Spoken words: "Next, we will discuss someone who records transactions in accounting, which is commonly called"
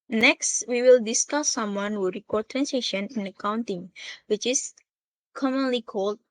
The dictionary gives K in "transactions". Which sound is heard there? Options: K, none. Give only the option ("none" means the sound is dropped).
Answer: none